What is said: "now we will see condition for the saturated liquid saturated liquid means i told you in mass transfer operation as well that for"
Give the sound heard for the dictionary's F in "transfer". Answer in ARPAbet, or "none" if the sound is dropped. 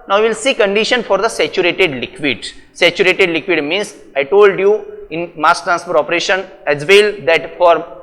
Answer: P